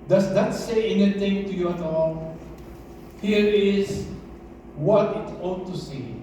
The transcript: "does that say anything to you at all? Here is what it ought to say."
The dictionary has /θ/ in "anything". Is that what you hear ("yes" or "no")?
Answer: no